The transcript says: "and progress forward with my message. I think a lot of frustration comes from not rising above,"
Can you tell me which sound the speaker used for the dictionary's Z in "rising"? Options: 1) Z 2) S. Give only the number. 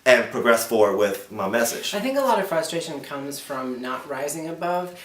1